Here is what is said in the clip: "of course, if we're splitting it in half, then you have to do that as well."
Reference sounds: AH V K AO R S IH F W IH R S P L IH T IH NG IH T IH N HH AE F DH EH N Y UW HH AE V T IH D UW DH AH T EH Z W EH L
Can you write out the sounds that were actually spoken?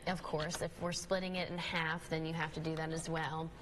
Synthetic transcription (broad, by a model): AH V K AO R S IH F W IH R S P L IH T IH NG IH T IH N HH AE F DH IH N Y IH HH AE F T IH D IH DH AH T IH Z W EH L